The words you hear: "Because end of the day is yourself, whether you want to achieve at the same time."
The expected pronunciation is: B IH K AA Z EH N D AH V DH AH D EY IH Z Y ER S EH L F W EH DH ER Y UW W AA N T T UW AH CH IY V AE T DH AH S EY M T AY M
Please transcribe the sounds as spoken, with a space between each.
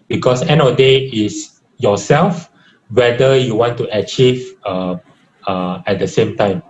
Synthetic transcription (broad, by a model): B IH K AA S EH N AH D EY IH S Y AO S EH L F W EH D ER Y UW W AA N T T UW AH CH IY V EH T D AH S EY M T AY M